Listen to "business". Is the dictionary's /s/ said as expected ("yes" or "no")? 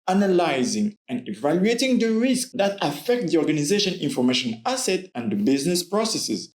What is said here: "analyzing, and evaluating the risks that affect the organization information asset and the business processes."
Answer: yes